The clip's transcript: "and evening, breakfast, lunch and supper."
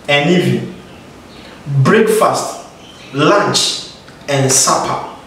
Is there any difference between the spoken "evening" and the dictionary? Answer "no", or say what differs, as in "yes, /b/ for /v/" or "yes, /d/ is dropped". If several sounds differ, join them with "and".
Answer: yes, /n/ is dropped